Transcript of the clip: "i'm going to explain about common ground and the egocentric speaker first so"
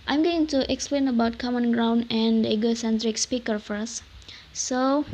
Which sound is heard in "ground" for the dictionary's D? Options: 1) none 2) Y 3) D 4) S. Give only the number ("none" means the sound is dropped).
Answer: 3